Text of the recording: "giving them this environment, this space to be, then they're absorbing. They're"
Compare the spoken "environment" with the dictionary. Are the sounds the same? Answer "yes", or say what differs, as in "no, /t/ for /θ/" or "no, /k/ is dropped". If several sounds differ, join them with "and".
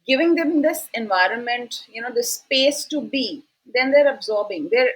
yes